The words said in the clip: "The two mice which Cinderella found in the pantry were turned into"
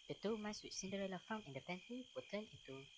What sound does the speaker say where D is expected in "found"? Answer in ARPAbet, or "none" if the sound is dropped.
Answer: none